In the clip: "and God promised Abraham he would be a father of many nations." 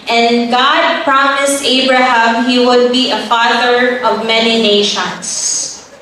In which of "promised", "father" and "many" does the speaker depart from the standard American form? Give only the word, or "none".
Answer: none